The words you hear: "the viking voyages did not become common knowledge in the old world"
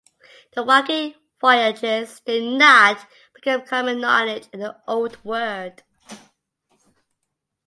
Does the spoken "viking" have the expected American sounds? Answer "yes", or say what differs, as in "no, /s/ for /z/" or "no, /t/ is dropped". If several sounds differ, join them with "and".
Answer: no, /w/ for /v/